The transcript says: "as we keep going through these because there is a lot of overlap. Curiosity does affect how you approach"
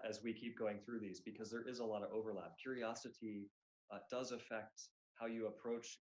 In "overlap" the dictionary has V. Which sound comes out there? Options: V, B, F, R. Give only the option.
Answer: V